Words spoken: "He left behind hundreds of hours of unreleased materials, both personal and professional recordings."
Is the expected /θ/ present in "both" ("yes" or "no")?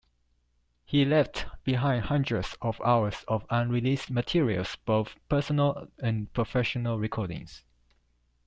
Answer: yes